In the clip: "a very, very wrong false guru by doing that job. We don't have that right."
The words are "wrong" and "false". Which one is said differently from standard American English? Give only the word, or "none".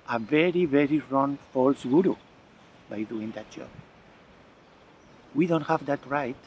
none